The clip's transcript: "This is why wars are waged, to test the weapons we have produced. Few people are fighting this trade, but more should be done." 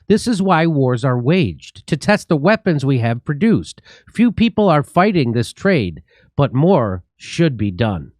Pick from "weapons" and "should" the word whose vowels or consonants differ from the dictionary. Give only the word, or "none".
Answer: none